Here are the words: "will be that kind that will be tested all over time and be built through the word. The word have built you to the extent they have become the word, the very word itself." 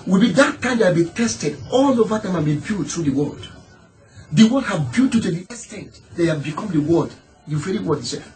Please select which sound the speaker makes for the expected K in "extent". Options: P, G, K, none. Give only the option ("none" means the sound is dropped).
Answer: none